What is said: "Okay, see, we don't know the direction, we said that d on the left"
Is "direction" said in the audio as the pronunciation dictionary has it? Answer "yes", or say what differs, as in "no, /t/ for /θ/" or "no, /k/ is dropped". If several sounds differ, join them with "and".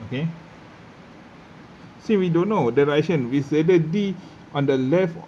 no, /k/ is dropped